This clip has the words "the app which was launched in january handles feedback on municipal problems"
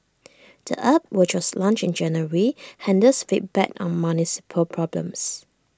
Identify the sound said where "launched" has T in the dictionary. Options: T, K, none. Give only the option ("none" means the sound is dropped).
none